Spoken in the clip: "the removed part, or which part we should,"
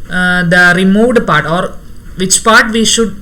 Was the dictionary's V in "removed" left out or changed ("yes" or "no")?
no